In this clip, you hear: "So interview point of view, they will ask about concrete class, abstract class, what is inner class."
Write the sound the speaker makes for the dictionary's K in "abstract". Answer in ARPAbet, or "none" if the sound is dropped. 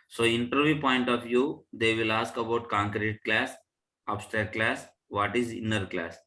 none